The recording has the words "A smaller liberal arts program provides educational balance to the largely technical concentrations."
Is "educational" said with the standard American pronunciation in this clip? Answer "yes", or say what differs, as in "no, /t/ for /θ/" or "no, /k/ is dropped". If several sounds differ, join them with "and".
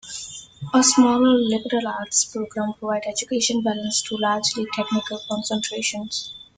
no, /n/ is dropped and /n/ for /l/